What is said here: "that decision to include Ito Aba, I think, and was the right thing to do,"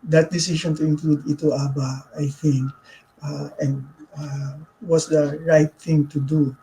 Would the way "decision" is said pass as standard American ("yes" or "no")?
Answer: no